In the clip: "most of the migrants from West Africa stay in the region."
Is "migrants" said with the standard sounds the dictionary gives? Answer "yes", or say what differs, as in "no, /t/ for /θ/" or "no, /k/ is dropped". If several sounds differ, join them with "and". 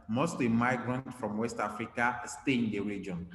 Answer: no, /s/ is dropped